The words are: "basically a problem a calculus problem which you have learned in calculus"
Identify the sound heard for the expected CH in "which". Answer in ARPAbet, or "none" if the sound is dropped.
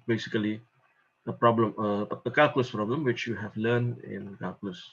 CH